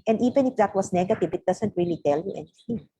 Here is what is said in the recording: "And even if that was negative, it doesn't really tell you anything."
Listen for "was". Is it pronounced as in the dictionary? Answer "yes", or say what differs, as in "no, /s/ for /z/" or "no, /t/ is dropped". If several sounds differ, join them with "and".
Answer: no, /s/ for /z/